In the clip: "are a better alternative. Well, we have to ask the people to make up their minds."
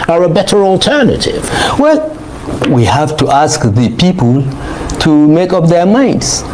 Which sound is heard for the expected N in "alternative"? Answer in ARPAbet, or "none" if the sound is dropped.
N